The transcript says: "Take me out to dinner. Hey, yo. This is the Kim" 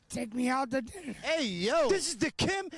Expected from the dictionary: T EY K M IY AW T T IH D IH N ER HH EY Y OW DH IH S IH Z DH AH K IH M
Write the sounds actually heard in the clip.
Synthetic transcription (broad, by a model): T EY K M IY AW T T IH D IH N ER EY Y OW DH IH S IH Z DH AH K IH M